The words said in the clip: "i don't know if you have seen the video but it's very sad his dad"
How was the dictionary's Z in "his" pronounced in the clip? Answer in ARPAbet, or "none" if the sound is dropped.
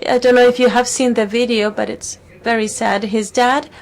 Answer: Z